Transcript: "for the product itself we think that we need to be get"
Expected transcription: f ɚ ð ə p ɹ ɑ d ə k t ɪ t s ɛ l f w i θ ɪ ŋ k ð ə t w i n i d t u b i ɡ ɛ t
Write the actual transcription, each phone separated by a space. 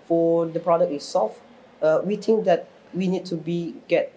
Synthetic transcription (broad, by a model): f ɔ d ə p ɹ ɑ d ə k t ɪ s s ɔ f w i t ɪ ŋ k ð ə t w i n i d t u b i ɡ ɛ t